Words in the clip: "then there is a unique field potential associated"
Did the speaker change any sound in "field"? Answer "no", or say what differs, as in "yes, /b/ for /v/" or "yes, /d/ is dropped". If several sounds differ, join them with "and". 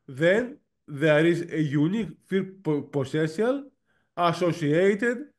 yes, /l/ is dropped